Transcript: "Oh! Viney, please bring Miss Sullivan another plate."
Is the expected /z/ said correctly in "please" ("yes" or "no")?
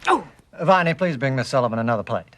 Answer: yes